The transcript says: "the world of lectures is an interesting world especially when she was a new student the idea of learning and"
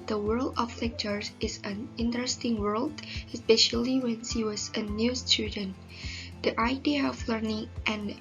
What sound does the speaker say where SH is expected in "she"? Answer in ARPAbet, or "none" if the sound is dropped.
S